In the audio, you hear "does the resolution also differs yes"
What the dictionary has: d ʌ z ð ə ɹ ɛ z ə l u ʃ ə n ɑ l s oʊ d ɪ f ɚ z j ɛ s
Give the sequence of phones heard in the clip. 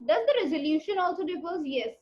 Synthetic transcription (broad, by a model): d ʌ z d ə ɹ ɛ z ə l u ʃ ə n ɑ l s oʊ d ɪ p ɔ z j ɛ s